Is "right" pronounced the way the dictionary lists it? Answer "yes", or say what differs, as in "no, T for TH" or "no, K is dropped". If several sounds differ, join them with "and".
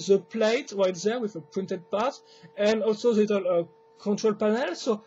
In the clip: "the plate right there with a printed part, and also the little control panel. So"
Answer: yes